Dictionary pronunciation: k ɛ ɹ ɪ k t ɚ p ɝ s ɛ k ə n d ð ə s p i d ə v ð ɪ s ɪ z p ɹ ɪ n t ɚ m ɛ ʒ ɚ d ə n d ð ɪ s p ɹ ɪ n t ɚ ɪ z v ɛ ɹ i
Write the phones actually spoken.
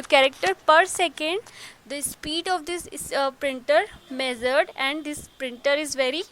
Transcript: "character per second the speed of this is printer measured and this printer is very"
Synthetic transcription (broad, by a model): k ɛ ɹ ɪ k t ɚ p ɝ s ɛ k ə n d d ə s p i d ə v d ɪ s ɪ p ɹ ɪ n t ɚ m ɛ z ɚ d ə n d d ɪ s p ɹ ɪ n t ɚ ɪ z v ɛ ɹ i